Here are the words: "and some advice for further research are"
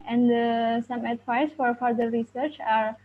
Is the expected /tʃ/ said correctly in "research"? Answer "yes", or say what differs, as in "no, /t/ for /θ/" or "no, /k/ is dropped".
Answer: yes